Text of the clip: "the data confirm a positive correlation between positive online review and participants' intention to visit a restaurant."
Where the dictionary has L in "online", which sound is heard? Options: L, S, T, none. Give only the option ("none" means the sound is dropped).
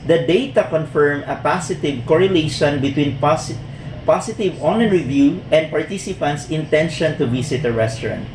none